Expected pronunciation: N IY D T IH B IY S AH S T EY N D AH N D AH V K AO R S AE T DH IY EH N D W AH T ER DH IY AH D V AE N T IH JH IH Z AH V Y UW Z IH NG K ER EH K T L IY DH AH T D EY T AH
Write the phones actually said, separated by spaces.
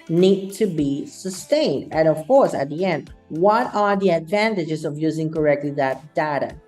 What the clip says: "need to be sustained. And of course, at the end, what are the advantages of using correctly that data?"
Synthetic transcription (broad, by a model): N IY D T IH B IY S AH S T EY N D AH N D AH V K AO R S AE T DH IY EH N D W AH T ER DH IY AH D V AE N T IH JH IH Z AH V Y UW Z IH NG K ER EH K T L IY DH AH T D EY T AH